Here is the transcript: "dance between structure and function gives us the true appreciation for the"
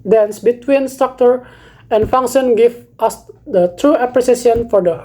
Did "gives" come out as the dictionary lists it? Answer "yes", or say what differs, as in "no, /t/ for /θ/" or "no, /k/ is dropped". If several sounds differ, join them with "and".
no, /z/ is dropped